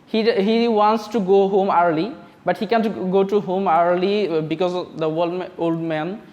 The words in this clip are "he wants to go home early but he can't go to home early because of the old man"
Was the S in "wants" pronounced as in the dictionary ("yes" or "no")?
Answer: yes